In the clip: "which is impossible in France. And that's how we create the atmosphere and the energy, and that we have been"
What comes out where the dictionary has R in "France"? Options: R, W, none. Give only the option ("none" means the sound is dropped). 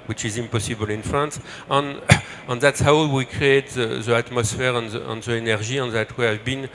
none